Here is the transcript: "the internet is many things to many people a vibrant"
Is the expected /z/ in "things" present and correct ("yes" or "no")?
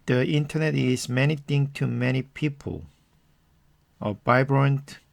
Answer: no